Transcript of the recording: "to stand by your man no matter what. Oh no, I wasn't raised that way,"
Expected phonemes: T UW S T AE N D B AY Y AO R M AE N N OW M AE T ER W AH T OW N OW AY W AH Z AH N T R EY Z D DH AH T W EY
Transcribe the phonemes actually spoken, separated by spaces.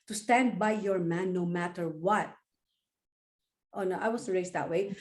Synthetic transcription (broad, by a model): T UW S T AE N D B AY Y AO R M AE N N OW M AE T ER W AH T OW N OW AY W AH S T R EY S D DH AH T W EY